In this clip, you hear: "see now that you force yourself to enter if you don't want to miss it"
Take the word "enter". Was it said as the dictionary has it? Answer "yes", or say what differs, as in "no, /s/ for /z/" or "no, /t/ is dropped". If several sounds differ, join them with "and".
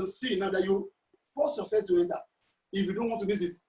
no, /n/ is dropped